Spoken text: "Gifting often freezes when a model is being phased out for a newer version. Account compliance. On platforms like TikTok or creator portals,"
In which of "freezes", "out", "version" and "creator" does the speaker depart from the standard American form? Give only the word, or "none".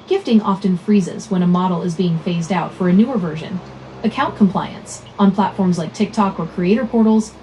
none